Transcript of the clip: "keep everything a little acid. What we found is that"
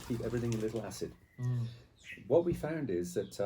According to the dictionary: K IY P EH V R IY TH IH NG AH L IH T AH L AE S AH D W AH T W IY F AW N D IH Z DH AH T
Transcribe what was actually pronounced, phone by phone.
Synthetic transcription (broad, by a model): K IY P EH V R IY TH IH NG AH L IH T L AE S AH D W AH T W IY F AW N D IH Z DH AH T